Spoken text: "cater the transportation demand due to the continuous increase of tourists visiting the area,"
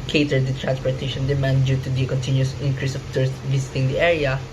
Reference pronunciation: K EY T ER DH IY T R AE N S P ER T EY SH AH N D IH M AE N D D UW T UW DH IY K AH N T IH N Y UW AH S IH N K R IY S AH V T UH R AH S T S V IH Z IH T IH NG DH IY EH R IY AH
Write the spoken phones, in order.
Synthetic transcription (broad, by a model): K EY T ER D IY T R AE N S P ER T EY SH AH N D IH M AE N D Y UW T UW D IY K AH N T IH N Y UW S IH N K R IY S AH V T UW R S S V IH S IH T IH NG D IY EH R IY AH